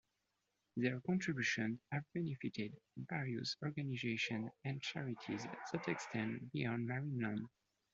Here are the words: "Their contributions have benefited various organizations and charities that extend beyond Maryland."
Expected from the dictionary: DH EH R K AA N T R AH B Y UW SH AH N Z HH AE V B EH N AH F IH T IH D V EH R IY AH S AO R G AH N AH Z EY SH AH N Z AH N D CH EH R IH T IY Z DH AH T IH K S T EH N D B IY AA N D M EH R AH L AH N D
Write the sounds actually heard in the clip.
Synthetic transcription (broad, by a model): DH EH R K AA N T R AH B Y UW SH AH N Z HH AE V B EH N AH F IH T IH D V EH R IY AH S AO R G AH N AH Z EY SH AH N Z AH N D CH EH R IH T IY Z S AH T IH K S T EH N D B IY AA N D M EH R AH N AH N